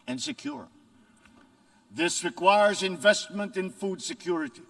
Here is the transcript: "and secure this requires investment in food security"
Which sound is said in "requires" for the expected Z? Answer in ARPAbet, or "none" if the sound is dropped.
Z